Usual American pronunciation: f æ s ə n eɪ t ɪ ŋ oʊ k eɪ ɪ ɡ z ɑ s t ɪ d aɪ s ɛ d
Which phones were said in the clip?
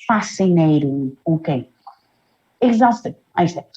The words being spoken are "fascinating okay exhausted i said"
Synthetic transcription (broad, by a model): f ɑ s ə n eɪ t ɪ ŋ oʊ k eɪ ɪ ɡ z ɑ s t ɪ aɪ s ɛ